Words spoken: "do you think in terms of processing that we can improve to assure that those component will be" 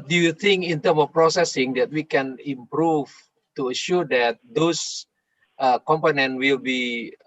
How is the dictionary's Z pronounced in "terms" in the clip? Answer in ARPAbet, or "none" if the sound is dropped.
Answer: none